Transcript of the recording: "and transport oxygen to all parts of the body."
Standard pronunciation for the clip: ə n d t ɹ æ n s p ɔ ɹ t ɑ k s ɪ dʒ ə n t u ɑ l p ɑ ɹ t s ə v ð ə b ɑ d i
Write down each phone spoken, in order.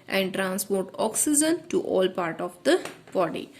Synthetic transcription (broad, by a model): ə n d t ɹ æ n s p ɔ ɹ t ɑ k s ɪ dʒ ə n t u ɑ l p ɑ ɹ t ə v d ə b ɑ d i